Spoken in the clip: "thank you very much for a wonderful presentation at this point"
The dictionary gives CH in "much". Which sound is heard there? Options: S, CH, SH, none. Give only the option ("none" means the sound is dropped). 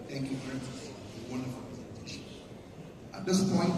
S